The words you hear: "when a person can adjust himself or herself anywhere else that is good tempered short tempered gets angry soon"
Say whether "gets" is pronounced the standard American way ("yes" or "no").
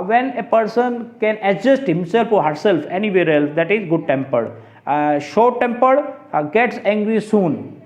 yes